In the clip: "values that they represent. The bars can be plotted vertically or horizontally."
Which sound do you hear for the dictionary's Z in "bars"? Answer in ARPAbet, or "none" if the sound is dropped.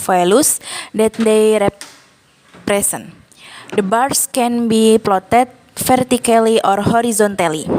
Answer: S